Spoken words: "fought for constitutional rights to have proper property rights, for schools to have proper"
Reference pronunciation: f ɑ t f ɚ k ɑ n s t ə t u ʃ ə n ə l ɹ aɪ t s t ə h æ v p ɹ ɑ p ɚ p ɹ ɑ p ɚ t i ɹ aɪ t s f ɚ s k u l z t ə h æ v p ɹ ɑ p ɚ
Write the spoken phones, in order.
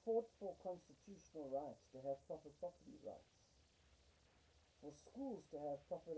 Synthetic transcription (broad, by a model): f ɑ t f ɚ k ɑ n s t ə t u ʃ ə n ə l ɹ aɪ t s t ə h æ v p ɹ ɑ p ɚ p ɹ ɑ p ɚ t i ɹ aɪ t s f ɚ s k u l z t ə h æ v p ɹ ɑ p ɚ